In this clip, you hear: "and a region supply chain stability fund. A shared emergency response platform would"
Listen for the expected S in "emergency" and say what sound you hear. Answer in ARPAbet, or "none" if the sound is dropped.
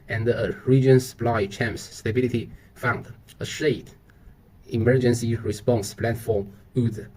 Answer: S